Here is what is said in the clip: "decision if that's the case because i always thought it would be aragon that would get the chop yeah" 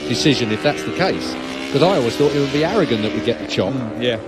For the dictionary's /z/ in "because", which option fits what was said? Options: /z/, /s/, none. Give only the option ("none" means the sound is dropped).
none